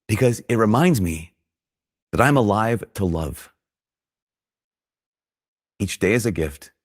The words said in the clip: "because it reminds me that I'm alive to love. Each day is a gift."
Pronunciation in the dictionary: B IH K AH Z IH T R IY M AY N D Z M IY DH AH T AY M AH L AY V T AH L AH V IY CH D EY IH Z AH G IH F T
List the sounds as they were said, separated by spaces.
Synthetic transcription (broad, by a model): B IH K AH Z IH T R IY M AY N D Z M IY DH AH T AY M AH L AY V T AH L AH V IY CH D EY IH Z AH G IH F T